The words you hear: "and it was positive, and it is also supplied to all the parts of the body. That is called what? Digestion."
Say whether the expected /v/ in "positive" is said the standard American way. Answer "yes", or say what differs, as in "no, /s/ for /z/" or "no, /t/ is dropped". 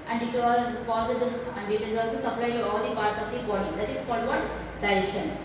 no, /v/ is dropped